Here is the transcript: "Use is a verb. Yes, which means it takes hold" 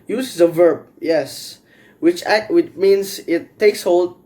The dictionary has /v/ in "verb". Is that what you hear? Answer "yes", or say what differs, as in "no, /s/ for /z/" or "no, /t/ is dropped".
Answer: yes